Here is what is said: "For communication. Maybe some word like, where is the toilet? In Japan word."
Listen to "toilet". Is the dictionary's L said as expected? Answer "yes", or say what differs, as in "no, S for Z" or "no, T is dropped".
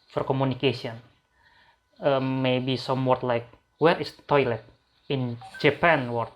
yes